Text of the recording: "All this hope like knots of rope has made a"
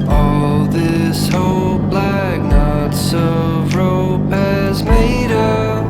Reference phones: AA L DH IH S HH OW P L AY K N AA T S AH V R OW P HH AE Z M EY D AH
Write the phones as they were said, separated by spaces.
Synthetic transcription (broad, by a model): AA L DH IH S HH OW B L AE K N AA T S AH V R OW P HH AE Z M EY D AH